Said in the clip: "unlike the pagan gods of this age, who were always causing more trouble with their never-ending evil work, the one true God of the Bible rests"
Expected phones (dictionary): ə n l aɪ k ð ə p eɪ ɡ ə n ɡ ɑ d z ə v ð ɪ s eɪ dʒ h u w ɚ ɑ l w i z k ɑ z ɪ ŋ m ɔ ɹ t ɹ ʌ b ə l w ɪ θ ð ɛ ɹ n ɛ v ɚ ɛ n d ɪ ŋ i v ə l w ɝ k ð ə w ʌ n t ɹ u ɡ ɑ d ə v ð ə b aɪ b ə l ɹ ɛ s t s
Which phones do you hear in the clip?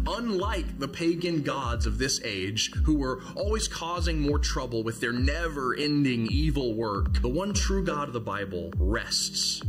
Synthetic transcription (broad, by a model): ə n l aɪ k ð ə p eɪ ɡ ə n ɡ ɑ d z ə v ð ɪ s eɪ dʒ h u w ɚ ɑ l w i z k ɑ z ɪ ŋ m ɔ ɹ t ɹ ʌ b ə l w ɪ ð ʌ ɹ n ɛ v ɚ ɛ n d ɪ ŋ i v l w ɝ k ð ə w ʌ n t ɹ u ɡ ɑ d ə v ð ə b aɪ b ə l ɹ ɛ s t s